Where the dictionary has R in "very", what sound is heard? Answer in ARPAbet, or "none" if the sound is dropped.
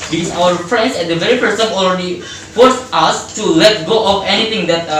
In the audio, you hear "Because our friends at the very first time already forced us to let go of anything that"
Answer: R